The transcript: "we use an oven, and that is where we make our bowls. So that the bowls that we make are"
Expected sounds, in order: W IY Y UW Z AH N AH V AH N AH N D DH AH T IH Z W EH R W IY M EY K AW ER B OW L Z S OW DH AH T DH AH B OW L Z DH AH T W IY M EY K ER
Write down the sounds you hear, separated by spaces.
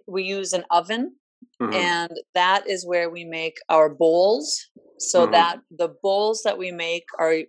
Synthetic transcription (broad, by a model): W IY Y UW Z AH N AH V AH N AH N DH AH T IH Z W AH R W IY M EY K AW ER B OW L Z S OW DH AH T DH AH B OW L Z DH AH T W IY M EY K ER